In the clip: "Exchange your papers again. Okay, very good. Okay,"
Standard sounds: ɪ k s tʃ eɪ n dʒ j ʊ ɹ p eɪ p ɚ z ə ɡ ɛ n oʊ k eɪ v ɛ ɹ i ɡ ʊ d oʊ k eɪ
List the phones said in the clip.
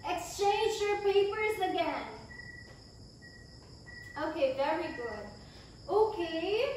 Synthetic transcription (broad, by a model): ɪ k s tʃ eɪ n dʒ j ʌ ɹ p eɪ p ɚ z ə ɡ ɛ n oʊ k eɪ v ɛ ɹ i ɡ ʊ d oʊ k eɪ